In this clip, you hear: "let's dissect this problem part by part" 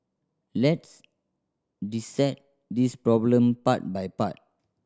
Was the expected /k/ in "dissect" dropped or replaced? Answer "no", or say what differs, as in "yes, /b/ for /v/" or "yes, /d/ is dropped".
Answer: yes, /k/ is dropped